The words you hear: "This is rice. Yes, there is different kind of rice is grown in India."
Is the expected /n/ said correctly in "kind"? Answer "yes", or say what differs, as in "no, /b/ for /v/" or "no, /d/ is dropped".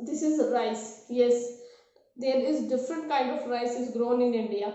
yes